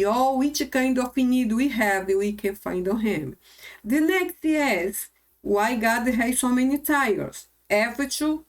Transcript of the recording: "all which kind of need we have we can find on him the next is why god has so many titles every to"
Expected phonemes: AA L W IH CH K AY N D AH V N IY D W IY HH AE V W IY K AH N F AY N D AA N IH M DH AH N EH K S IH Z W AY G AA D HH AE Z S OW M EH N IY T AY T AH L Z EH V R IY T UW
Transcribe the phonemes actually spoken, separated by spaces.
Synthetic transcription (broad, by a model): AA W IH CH K AY N D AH F N IY D W IY HH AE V W IY K AH N F AY N D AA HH IH M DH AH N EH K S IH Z W AY G AA D HH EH S OW M EH N IY T AY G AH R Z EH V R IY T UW